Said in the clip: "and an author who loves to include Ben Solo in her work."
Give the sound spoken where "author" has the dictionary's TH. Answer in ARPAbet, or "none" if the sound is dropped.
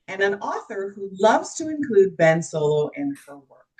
TH